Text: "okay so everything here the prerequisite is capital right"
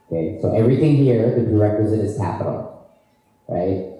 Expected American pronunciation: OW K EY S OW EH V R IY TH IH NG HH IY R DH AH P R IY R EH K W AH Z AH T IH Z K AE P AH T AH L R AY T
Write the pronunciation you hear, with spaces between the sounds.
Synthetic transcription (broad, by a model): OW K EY S OW EH V R IY TH IH NG HH IY R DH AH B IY R EH K W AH Z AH T IH Z K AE P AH T L R AY T